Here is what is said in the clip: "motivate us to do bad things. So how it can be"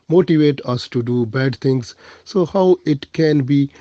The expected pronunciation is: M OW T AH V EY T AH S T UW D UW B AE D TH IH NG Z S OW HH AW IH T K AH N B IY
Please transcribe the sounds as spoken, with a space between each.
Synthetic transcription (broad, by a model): M OW T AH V EY T AH S T UW D UW B AE D T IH NG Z S OW HH AW IH T K AH N B IY